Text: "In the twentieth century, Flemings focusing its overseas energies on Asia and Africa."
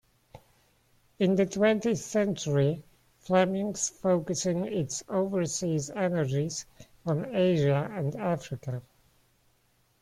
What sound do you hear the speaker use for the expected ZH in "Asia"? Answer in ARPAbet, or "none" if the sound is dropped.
ZH